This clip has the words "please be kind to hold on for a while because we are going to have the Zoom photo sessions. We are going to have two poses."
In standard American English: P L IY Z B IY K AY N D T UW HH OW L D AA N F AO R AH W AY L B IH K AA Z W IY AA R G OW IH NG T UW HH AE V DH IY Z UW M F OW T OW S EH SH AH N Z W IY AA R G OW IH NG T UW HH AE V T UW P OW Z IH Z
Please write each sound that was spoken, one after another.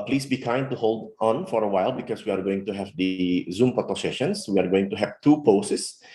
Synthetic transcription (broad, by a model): P L IY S B IY K AY N D T UW HH OW L D AA N F AO R AH W AY L B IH K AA S W IY AA R G OW IH NG T UW HH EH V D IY Z UW M P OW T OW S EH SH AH N S W IY AA R G OW IH NG T UW HH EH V T UW P OW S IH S